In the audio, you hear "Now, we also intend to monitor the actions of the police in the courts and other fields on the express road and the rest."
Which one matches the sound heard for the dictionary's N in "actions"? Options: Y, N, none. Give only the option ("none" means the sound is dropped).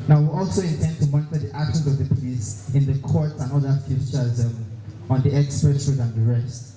none